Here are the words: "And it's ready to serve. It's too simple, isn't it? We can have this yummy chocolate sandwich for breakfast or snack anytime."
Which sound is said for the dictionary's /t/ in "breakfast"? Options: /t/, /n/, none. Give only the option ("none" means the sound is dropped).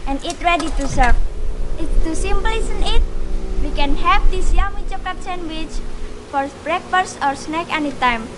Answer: none